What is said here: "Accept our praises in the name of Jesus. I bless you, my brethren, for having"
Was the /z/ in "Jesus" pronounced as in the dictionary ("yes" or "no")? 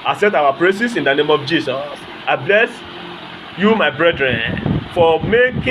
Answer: no